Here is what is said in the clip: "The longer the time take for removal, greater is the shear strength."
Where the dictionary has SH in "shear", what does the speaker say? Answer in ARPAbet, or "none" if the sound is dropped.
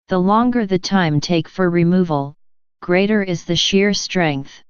SH